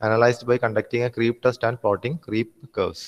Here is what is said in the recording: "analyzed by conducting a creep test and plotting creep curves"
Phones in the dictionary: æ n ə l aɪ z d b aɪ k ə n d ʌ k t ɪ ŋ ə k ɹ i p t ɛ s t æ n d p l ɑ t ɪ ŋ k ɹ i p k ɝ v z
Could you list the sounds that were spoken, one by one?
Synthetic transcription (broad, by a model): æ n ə l aɪ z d b aɪ k ə n d ʌ k t ɪ ŋ ə k ɹ i p t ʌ s t æ n d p ɑ t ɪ ŋ k ɹ i p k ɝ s